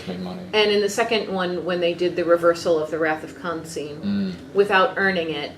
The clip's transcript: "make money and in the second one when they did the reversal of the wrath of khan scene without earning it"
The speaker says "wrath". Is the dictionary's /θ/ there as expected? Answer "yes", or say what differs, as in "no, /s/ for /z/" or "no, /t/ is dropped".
yes